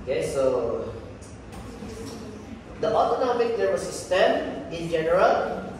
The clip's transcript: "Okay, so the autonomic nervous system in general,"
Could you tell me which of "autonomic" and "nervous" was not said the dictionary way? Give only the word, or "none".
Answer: nervous